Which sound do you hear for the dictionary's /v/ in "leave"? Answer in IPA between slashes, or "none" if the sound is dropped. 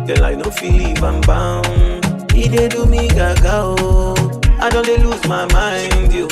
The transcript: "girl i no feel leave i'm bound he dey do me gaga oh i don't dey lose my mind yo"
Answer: /b/